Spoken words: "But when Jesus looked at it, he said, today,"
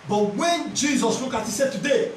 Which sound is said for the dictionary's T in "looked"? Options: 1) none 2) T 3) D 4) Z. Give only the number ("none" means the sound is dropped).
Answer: 1